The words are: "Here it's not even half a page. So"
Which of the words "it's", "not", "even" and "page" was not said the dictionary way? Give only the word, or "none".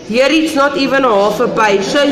page